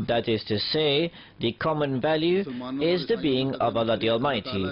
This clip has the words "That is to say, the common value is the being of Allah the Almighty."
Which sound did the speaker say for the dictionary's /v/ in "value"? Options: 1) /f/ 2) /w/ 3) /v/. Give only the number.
3